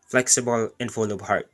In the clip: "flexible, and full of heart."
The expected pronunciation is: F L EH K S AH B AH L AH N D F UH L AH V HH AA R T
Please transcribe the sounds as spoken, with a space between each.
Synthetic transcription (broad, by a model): F L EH K S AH B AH L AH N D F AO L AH B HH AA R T